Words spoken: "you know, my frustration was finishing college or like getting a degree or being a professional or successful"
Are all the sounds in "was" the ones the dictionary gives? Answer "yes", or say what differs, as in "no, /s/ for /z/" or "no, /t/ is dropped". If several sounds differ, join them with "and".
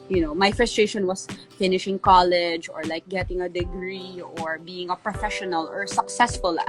no, /s/ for /z/